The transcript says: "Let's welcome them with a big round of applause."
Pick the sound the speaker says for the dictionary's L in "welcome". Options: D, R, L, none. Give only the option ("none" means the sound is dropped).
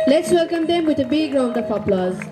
L